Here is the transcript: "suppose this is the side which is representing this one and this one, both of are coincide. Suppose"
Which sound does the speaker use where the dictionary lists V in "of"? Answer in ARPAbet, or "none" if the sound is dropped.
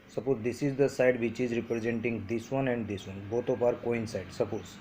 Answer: P